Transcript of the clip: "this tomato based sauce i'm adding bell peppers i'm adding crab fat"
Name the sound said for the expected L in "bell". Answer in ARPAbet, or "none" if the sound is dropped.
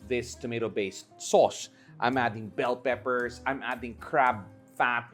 L